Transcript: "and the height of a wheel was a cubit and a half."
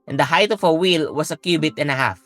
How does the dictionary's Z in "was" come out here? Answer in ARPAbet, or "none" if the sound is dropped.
S